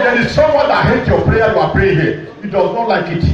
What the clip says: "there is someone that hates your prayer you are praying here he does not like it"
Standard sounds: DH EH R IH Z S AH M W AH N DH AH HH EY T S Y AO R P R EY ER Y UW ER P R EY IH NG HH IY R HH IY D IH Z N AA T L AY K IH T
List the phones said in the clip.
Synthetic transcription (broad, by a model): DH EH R IH Z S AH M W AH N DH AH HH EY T Y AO P R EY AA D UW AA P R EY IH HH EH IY D IH Z N AA T L AY K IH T